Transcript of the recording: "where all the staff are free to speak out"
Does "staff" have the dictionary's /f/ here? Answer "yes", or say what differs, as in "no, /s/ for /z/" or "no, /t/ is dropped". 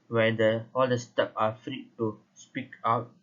no, /p/ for /f/